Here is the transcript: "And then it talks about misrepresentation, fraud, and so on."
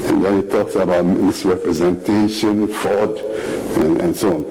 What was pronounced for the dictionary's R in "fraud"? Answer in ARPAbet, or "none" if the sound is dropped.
none